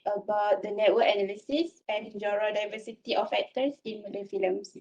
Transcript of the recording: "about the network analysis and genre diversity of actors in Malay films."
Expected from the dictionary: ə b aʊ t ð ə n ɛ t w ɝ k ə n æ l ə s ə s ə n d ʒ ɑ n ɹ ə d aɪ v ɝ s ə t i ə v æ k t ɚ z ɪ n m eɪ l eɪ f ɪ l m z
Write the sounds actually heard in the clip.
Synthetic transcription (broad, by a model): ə b aʊ t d ə n ɛ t w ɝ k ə n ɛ l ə s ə s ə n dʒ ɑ ɹ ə d aɪ v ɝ s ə t i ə f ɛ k t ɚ s ɪ n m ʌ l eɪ f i l m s